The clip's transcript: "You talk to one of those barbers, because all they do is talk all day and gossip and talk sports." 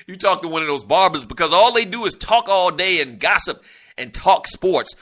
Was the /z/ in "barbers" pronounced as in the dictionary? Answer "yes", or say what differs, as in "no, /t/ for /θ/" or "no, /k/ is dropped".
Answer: yes